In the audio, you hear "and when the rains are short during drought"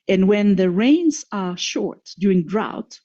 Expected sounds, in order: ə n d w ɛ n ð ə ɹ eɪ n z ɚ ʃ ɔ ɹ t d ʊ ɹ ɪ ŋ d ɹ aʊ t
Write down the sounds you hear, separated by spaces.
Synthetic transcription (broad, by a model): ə n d w ɛ n ð ə ɹ eɪ n z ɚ ʃ ɔ ɹ t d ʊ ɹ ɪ ŋ d ɹ aʊ t